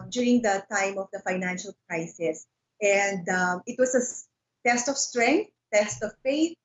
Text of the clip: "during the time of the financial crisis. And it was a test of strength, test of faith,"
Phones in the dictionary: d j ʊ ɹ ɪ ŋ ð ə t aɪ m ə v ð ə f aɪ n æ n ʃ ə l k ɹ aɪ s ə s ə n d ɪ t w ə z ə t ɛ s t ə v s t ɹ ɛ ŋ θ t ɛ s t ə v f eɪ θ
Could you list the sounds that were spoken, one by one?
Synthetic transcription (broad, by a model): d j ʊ ɹ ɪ ŋ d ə t aɪ m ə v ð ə f aɪ n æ n ʃ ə l k ɹ aɪ s ə s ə n d ɪ t w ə s ə t ɛ s t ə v s t ɹ ɛ ŋ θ t ɛ s t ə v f eɪ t